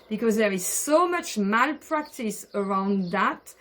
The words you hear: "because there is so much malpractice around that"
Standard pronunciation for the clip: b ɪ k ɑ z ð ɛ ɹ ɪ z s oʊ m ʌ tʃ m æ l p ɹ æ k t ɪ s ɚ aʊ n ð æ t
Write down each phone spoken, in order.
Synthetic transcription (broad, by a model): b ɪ k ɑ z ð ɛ ɹ ɪ z s oʊ m ʌ tʃ m æ l p ɹ æ k t ɪ s ɚ aʊ n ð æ t